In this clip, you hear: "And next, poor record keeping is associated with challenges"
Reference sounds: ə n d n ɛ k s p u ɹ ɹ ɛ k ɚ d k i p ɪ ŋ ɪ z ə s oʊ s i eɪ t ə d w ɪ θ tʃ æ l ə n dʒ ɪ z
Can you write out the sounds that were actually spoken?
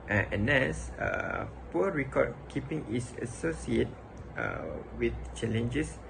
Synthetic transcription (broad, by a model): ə n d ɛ s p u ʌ ɹ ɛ k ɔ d k i p ɪ ŋ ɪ s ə s oʊ s i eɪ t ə w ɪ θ tʃ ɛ l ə n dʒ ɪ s